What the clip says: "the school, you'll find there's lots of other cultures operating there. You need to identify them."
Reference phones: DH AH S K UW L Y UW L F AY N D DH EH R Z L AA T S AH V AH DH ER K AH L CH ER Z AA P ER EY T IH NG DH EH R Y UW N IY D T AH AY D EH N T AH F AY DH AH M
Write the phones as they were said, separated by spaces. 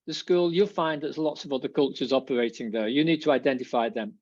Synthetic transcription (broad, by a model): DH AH S K UW L Y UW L F AY N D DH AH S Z L AA T S AH V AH DH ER K AH L CH ER Z AA P ER EY T IH NG DH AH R Y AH N IY D T AH AY D EH N T AH F AY DH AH M